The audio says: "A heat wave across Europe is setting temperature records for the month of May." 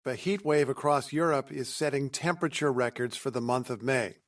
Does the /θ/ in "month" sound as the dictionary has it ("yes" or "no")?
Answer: yes